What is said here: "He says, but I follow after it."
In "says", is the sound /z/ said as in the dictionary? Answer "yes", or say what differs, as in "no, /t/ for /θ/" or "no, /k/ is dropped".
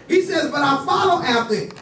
yes